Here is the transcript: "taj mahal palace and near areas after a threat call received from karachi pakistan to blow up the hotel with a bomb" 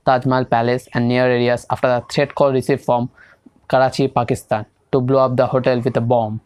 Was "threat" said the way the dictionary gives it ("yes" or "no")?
no